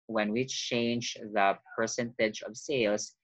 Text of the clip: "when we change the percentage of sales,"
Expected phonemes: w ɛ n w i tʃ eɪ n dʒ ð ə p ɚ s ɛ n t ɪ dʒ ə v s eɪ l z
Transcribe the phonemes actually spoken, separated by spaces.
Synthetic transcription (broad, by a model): w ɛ n w i tʃ eɪ n dʒ ð ə p ɚ s ɛ n t ɪ dʒ ə v s eɪ l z